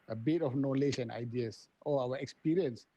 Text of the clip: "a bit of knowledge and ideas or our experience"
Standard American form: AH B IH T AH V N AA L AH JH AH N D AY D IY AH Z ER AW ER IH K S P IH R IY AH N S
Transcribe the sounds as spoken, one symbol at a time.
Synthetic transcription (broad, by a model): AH B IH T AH F N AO L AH SH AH N AY D IY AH S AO AW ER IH K S P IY R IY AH N S